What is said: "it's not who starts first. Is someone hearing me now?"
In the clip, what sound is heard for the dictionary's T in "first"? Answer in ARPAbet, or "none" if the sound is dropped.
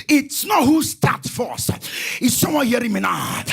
none